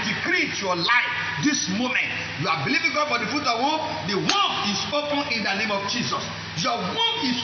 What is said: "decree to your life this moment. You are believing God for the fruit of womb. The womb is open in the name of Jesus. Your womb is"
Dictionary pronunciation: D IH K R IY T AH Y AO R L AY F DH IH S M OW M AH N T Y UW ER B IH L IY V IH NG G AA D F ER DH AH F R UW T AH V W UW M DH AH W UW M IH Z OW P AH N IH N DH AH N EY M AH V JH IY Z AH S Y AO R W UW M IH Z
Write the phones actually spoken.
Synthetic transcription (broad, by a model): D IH K R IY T Y AO L AY F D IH S M OW M AH N T Y UW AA B IH L IY V IH NG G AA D F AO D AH F UW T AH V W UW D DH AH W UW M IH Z OW P AH N IH N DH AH N EY M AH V JH IY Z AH S Y AO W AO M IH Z